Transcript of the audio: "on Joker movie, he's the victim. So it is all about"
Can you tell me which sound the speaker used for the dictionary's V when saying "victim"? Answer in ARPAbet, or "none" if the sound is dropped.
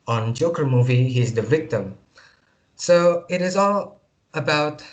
V